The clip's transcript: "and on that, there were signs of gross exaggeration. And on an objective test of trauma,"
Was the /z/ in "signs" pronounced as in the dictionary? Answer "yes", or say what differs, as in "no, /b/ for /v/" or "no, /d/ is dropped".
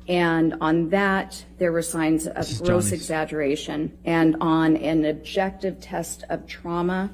yes